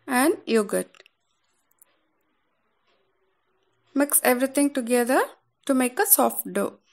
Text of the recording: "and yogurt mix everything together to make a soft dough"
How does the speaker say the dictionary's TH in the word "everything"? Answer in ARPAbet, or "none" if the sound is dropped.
T